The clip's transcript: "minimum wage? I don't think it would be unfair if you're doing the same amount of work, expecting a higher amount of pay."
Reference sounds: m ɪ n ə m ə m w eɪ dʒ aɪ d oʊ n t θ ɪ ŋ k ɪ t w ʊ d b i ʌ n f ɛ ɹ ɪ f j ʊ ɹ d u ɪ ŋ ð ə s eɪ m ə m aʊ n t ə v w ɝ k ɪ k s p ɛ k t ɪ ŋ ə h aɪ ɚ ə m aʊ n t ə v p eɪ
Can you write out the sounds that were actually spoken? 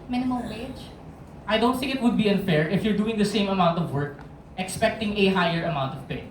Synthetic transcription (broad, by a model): m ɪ n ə m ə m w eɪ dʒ aɪ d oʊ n t θ ɪ ŋ k ɪ t w ʊ d b i ʌ n f ɛ ɹ ɪ f j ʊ ɹ d u ɪ ŋ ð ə s eɪ m ə m aʊ n t ə v w ɝ k ɪ k s p ɛ k t ɪ ŋ ə h aɪ ɚ ə m aʊ n t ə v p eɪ